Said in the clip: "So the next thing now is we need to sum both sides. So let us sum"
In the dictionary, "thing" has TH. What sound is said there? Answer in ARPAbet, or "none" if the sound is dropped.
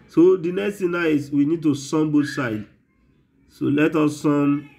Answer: T